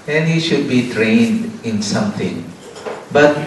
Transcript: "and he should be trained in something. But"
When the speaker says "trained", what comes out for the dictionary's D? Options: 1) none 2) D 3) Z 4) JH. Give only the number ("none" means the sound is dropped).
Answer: 2